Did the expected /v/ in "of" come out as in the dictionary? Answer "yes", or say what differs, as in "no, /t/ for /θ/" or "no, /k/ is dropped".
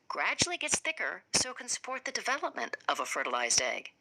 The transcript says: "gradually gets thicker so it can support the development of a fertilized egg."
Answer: yes